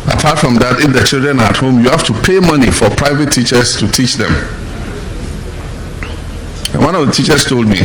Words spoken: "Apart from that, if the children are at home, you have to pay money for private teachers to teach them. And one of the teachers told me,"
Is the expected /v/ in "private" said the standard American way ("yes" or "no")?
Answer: yes